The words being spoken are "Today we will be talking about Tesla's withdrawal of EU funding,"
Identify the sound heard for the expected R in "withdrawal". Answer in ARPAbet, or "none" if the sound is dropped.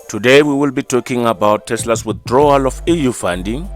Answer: R